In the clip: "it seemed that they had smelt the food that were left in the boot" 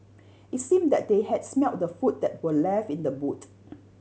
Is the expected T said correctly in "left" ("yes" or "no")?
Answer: no